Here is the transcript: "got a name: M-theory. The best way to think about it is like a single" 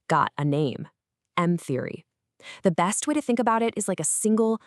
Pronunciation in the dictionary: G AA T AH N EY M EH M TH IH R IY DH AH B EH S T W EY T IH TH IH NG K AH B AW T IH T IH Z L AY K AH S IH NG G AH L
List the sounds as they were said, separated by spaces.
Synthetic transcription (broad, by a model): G AA T AH N EY M EH M TH IH R IY DH AH B EH S T W EY T IH TH IH NG K AH B AW T IH T IH Z L AY K AH S IH NG G L